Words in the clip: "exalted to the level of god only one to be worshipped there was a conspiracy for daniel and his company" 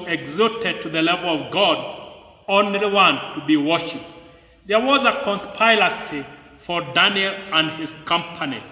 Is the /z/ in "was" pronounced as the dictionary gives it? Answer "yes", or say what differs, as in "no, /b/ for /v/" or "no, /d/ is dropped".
yes